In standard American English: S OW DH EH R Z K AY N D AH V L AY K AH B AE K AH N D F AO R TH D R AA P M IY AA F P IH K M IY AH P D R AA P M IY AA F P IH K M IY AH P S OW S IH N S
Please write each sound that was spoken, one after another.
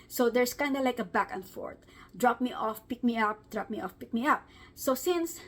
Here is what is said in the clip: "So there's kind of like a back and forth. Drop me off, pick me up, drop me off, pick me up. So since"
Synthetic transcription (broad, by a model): S OW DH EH R S K AY N D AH L AY K AH B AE K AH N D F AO R T D R AA P M IY AA F P IH K M IY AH P D R AA P M IY AA F P IH K M IY AH P S OW S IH N S